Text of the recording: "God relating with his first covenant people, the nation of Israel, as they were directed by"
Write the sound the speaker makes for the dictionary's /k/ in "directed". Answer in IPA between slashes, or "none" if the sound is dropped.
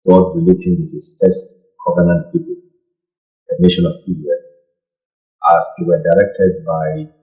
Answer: /k/